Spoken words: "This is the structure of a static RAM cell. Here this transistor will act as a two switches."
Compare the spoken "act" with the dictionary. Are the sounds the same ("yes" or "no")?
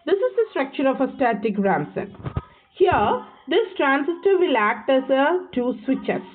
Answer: yes